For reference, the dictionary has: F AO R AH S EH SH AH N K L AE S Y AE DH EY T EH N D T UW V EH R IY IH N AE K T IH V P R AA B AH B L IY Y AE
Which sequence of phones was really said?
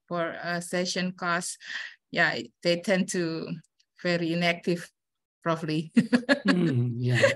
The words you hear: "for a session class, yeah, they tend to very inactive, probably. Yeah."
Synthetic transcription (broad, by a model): F AO R AH S EH SH AH N K AO S Y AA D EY T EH N T UW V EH R IY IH N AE K T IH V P R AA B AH L IY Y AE